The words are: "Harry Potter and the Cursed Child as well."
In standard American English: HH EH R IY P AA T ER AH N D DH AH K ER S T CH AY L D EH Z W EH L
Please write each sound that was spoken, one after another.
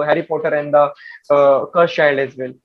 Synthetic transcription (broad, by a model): HH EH R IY P AA T ER AH N D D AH K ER T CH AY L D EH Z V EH L